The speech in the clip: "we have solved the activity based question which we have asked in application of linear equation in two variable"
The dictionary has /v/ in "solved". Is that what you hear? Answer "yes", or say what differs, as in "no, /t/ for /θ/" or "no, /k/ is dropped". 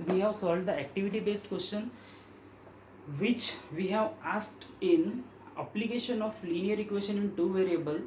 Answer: no, /v/ is dropped